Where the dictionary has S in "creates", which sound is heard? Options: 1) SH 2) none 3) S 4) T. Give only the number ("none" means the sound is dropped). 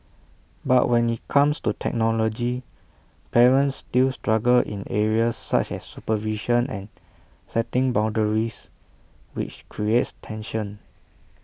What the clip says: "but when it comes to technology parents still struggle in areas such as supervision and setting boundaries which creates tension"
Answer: 3